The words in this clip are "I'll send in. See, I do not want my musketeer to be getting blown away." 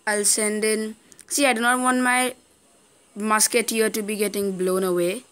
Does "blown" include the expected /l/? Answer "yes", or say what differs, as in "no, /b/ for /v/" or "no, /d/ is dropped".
yes